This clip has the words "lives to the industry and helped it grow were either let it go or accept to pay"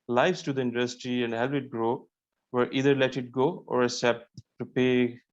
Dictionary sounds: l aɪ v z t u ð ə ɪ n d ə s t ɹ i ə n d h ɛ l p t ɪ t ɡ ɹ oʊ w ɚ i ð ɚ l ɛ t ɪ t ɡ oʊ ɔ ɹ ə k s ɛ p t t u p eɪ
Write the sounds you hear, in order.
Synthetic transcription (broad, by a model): l aɪ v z t u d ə ɪ n d ə s t ɹ i ə n d h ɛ l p ɪ t ɡ ɹ oʊ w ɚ i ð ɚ l ɛ t ɪ t ɡ oʊ ɔ ɹ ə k s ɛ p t t u p eɪ